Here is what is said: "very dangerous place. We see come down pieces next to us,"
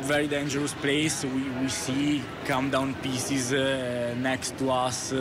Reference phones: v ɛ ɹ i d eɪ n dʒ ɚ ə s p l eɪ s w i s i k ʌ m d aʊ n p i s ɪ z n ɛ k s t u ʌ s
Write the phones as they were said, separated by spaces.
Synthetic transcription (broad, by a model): v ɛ ɹ i d eɪ n dʒ ɚ ə s p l eɪ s w i s i k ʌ m d aʊ n p i s ɪ z n ɛ k s t u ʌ s